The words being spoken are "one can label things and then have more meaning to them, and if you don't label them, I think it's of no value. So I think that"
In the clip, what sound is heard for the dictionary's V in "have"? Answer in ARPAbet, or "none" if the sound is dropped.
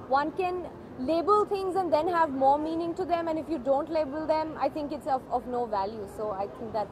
V